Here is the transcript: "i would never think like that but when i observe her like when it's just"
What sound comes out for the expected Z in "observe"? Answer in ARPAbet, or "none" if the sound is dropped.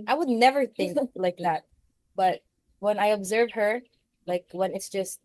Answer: Z